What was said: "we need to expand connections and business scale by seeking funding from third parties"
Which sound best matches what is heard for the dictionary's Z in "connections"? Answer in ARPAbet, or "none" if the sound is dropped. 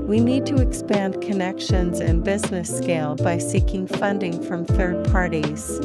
Z